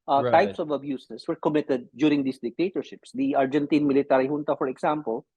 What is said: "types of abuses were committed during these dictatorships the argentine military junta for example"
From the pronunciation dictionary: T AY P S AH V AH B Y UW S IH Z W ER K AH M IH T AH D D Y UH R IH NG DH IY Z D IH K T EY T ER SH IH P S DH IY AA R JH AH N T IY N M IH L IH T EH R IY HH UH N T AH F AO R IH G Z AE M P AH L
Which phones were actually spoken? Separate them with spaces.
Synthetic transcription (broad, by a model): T AY P S AH V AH B Y UW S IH S W ER K AH M IH T AH D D Y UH R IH NG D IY S D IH K T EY T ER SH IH P S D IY AA R JH AH N T IY N M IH L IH T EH R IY HH UH N T AH F AO R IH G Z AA M P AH L